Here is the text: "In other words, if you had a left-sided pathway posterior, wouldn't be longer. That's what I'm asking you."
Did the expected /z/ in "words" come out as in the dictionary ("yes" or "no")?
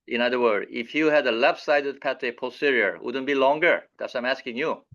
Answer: no